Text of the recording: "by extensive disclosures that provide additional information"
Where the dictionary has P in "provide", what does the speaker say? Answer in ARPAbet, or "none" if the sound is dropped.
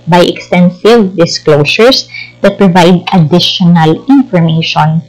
P